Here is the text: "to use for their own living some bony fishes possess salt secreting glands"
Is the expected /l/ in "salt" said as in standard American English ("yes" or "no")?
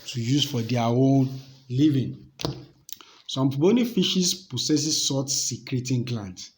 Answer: no